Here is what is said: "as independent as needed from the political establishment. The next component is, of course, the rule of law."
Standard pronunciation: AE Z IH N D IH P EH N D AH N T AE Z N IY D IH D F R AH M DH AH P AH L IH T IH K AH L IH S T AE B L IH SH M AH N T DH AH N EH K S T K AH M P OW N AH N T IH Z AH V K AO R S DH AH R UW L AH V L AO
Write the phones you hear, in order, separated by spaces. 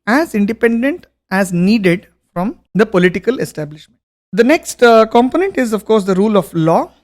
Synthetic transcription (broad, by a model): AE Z IH N D IH P EH N D AH N T AE Z N IY D IH D F R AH M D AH P AH L IH T IH K AH L IH S T AE B L IH SH M AH N T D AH N EH K S T K AH M P OW N AH N T IH Z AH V K AO R S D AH R UW L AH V L AO